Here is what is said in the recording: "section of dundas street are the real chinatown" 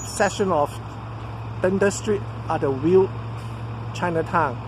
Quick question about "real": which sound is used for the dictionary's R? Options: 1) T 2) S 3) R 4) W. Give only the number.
4